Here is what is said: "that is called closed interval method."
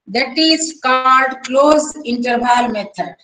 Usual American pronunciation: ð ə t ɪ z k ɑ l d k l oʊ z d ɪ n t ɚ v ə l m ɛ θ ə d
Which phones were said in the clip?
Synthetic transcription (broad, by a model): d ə t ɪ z k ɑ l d k l oʊ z ɪ n t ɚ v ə l m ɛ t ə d